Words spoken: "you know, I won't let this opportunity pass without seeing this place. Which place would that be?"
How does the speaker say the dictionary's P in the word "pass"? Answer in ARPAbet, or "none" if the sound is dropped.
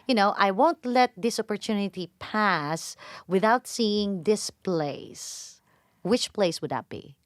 P